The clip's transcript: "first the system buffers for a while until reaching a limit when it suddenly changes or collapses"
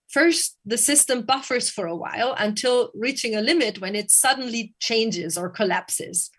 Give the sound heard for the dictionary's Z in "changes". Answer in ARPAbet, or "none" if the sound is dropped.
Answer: Z